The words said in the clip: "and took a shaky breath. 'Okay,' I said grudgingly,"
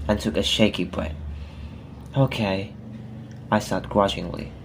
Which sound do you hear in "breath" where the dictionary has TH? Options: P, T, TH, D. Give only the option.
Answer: T